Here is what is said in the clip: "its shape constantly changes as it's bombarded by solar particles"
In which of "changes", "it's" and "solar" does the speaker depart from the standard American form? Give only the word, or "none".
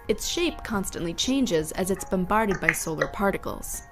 none